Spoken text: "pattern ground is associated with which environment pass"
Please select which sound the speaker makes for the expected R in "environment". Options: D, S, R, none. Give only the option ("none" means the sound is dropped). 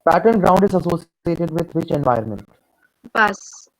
none